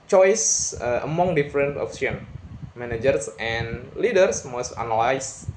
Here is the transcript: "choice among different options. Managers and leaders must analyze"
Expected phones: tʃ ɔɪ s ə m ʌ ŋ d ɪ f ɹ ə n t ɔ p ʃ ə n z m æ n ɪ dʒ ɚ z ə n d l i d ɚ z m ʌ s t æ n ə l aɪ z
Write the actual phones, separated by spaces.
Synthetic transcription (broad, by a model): tʃ ɔɪ s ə m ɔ ŋ d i f ɹ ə n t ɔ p s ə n m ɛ n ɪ dʒ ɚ s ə n l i d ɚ s m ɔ s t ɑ n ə l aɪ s